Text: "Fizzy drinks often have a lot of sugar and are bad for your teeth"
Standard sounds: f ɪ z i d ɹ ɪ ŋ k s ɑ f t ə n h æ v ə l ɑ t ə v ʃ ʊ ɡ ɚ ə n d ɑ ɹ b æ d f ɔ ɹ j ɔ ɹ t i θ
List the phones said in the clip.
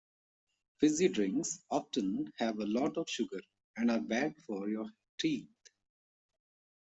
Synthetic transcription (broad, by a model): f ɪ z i d ɹ ɪ ŋ k s ɑ f t ə n h æ v ə l ɑ t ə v ʃ ʊ ɡ ɚ ə n d ɑ ɹ b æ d f ɔ ɹ j ɔ ɹ t i t